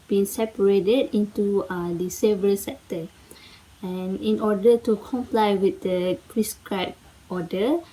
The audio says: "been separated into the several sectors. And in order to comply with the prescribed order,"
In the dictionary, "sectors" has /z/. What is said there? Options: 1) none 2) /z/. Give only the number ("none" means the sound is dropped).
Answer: 1